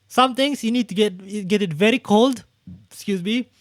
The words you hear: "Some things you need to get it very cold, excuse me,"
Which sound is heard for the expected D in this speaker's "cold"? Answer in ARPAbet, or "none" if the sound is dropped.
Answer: D